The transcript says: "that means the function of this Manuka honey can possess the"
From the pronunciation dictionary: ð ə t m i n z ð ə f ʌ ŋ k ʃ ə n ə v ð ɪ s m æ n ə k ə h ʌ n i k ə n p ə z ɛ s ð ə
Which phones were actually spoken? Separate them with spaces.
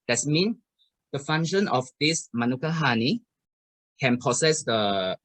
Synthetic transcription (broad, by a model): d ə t m i n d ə f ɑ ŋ ʃ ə n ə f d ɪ s m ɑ n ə k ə h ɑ n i k ə n p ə s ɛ s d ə